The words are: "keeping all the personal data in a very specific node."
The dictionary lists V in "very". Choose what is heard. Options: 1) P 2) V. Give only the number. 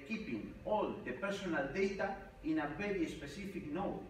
1